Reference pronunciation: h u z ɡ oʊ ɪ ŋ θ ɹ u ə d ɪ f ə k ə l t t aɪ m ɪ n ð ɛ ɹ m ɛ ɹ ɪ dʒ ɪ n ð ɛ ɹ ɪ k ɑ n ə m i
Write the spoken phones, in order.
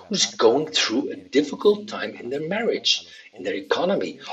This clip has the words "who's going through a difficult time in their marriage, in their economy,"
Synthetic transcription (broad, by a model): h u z ɡ oʊ ɪ ŋ θ ɹ u ə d ɪ f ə k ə l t t aɪ m ɪ n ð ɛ ɹ m ɛ ɹ ɪ dʒ ɪ n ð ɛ ɹ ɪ k ɑ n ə m i